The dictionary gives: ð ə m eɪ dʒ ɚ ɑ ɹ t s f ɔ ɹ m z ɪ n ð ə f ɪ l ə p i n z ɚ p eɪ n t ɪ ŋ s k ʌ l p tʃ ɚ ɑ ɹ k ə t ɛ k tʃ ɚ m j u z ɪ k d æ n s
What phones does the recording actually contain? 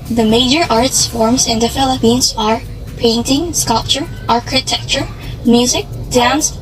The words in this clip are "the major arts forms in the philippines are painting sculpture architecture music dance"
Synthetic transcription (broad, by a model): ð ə m eɪ dʒ ɚ ɑ ɹ t s f ɔ ɹ m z ɪ n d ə f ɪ l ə p i n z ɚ p eɪ n t ɪ ŋ s k ʌ l p tʃ ɚ ɑ ɹ k ə t ɛ k tʃ ɚ m j u z ɪ k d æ n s